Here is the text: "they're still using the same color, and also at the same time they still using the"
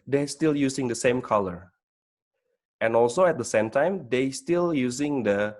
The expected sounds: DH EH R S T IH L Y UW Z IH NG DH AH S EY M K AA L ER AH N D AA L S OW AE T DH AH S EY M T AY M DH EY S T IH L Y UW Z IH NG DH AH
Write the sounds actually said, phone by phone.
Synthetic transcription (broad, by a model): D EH S T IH L Y UW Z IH NG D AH S EY M K AA L ER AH N AA L S OW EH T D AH S EY M T AY M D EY S T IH L Y UW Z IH NG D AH